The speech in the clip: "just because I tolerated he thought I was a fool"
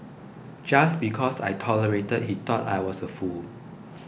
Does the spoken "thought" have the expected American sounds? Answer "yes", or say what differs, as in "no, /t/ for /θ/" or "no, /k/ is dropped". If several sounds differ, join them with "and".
no, /t/ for /θ/